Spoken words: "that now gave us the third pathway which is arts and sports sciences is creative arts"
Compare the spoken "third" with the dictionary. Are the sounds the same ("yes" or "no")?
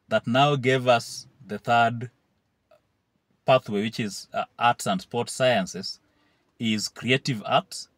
yes